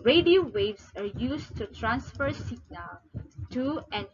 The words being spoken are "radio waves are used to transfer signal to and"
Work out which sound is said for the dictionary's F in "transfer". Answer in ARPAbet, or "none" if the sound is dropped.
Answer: F